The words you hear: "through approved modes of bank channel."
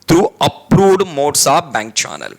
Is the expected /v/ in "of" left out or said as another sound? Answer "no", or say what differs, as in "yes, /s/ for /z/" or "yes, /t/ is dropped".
yes, /p/ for /v/